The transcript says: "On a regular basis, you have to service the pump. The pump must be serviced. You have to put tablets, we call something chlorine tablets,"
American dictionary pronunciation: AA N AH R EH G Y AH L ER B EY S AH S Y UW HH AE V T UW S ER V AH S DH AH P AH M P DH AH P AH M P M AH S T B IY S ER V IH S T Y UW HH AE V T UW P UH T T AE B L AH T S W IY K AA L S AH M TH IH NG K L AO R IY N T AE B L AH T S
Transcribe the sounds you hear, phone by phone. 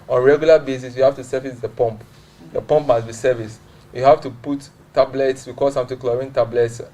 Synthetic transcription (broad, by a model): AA N R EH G Y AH L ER B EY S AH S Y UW HH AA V T UW S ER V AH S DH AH P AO M P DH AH P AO M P M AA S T B IY S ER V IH S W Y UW HH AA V T UW P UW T T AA B L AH T S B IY K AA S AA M T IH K L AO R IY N T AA B L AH T S